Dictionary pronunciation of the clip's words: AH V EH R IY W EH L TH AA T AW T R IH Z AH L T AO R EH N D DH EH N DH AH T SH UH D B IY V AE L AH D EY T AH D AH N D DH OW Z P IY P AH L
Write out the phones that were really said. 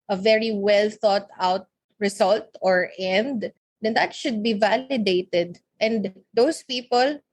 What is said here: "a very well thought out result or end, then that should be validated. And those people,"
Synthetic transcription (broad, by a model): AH V EH R IY W EH L TH AA T AW T R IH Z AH L T AO R EH N D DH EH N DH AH T SH UH D B IY V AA L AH D EY T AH D AH N D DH OW S P IY P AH L